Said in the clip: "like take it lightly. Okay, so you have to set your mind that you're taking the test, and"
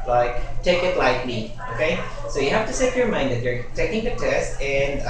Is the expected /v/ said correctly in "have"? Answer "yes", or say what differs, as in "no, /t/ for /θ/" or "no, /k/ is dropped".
no, /f/ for /v/